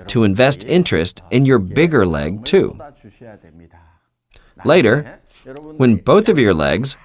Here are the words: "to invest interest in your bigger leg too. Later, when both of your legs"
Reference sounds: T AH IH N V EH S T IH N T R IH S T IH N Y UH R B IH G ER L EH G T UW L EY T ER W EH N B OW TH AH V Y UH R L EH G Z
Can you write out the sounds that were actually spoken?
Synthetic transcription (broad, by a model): T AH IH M V EH S T IH N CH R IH S T IH N Y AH R B IH G ER L EH G T UW L EY T ER W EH N B OW TH AH V Y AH R L EH G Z